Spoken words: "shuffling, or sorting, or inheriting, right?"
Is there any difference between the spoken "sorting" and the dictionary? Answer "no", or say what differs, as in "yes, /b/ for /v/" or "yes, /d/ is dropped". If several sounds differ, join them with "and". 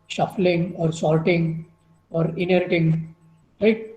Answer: yes, /l/ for /ɹ/